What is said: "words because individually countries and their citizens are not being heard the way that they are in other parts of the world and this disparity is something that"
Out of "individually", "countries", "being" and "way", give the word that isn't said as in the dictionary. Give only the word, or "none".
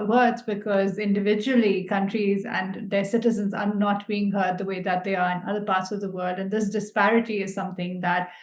none